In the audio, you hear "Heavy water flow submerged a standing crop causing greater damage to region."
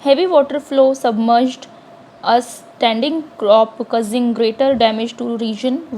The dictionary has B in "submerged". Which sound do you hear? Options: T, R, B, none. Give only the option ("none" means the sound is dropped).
B